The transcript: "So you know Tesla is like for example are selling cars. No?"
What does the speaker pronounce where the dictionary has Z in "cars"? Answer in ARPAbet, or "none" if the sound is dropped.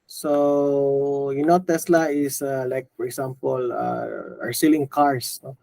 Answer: S